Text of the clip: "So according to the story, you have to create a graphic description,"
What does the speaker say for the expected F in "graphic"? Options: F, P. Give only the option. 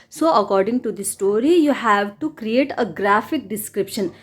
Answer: F